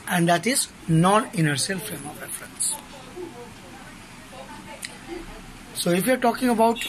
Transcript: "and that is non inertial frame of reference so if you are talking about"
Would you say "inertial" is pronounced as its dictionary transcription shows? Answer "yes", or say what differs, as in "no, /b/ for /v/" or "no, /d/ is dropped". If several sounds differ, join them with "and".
no, /s/ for /ʃ/